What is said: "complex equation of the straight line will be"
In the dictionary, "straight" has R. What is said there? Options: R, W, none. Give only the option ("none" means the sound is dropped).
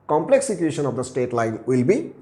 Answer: none